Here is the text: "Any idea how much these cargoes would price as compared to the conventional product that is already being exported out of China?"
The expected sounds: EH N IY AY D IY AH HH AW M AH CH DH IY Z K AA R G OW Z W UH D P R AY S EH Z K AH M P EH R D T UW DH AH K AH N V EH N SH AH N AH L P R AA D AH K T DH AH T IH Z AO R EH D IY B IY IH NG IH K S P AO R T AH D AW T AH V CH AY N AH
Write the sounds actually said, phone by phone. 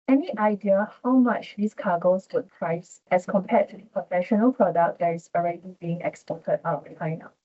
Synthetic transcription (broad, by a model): EH N IY AY D IY AH HH AW M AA CH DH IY S K AA G OW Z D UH P R AY S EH S K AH M P EH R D T UW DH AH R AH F EH SH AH N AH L P R AA D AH K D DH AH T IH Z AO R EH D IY B IY IH NG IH K S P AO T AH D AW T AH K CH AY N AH